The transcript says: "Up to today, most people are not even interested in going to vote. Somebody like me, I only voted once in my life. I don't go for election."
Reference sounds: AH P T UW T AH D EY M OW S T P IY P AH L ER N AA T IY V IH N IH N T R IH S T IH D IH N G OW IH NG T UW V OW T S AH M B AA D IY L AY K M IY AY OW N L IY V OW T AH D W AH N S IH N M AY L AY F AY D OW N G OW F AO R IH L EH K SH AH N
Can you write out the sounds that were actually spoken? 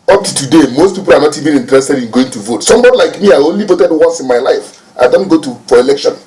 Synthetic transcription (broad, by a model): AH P T UW T AH D EY M OW S T P IY P AH L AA N AA T IY V IH N IH N T R IH S T IH D IH N G OW IH NG T UW V OW T S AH M B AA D IY L AY K M IY AY OW N L IY V OW T AH D W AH S IH N M AY L AY F AY D OW N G OW F AO R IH L EH K SH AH N